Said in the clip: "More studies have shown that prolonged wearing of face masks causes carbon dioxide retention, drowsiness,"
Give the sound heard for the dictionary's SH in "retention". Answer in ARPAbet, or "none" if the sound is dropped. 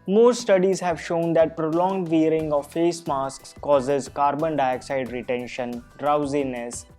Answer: SH